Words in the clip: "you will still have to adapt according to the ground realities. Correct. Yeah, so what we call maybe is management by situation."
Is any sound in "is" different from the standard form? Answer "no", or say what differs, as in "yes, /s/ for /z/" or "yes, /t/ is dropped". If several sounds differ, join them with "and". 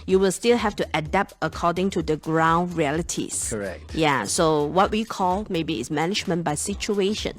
yes, /s/ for /z/